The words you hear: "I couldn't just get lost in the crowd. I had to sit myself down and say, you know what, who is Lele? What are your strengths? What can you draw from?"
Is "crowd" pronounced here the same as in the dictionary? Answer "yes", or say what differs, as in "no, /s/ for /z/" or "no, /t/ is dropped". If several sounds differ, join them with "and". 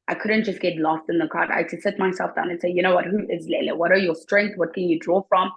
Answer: no, /ɹ/ is dropped